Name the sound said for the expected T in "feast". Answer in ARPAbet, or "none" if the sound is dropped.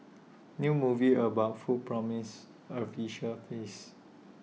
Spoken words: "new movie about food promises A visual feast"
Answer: none